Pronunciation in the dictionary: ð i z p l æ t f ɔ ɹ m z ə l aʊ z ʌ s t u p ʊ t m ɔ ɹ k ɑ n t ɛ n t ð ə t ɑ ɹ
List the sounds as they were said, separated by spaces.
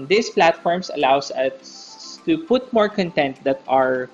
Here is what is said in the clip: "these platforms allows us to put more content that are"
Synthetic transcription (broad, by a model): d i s p l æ t f ɔ ɹ m s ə l aʊ s ʌ s t u p ʊ t m ɔ ɹ k ɑ n t ɛ n t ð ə t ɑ ɹ